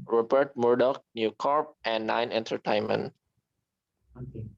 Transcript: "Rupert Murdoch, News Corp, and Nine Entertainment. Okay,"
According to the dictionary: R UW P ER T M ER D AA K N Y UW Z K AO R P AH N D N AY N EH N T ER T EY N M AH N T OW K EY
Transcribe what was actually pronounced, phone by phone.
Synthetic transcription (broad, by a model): R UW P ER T M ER D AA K N Y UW K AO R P AH N D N AY N EH N T ER T EY N M AH N T